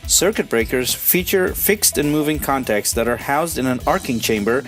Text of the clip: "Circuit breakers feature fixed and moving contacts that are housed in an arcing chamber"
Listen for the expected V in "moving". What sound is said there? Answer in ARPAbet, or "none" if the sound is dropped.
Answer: V